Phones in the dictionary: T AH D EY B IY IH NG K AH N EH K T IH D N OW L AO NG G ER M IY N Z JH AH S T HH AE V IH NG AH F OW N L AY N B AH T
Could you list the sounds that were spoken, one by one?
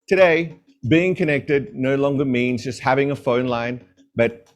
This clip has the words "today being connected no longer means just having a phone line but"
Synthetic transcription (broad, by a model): T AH D EY B IY IH NG K AH N EH K T IH D N OW L AO NG G ER M IY N Z JH AH S T HH AE V IH NG AH F OW N L AY N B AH T